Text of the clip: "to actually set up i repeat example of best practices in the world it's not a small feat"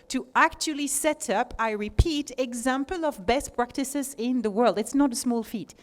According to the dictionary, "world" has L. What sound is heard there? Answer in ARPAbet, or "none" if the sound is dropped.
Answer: L